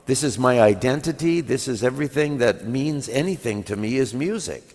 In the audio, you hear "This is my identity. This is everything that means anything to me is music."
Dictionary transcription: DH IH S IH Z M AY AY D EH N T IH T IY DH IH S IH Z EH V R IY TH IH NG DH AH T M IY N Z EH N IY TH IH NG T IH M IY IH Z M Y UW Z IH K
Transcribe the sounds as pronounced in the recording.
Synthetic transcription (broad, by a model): DH IH S IH Z M AY AY D EH N T IH T IY DH IH S IH Z EH V R IY TH IH NG DH AH T M IY N Z EH N IY TH IH NG T IH M IY IH Z M Y UW Z IH K